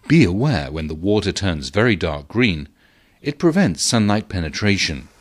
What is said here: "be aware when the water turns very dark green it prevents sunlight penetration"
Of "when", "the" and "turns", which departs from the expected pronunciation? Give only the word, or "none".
none